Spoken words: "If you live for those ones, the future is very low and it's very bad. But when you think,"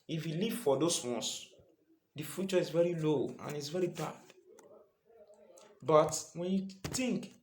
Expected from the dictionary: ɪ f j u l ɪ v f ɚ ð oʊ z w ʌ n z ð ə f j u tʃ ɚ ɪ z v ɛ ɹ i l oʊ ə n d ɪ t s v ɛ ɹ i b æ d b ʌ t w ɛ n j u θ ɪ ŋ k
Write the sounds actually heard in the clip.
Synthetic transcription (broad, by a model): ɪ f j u l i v f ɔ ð oʊ s w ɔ n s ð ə f j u tʃ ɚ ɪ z v ɛ ɹ i l oʊ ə n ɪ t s v ɛ ɹ i b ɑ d b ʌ t w ɛ n j u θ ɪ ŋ k